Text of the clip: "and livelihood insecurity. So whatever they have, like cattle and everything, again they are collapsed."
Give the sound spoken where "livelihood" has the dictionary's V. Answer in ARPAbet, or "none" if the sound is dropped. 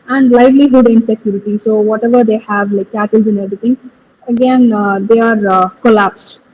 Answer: V